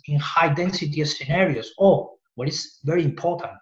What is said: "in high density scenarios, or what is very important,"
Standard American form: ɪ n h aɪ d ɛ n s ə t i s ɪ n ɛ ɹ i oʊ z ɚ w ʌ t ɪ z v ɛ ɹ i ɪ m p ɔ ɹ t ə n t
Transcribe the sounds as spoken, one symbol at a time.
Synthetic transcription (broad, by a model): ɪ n h aɪ d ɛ n s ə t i s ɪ n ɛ ɹ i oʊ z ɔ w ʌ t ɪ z v ɛ ɹ i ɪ m p ɔ ɹ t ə n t